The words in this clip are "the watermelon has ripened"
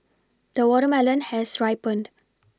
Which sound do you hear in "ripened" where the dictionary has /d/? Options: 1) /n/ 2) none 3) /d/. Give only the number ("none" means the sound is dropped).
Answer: 3